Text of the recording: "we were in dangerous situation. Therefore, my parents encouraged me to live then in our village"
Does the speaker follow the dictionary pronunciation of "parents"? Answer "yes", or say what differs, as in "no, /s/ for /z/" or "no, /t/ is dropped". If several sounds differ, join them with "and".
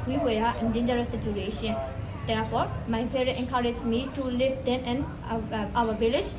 no, /n/ is dropped and /s/ is dropped